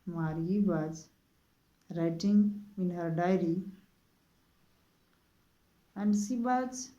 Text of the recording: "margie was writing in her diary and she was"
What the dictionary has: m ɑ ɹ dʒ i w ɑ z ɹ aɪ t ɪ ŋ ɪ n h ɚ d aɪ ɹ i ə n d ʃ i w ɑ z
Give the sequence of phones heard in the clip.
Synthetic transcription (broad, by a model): m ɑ ɹ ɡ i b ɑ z ɹ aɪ t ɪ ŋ ɪ n h ɚ d aɪ ɹ i ə n d s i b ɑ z